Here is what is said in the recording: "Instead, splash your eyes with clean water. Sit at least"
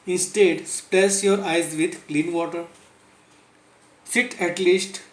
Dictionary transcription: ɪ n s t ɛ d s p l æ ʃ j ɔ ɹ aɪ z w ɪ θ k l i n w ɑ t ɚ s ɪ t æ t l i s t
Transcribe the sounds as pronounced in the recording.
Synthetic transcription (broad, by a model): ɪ n s t ɛ d s p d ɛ s j ɔ ɹ aɪ z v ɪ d k l i n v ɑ t ɚ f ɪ t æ t l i s t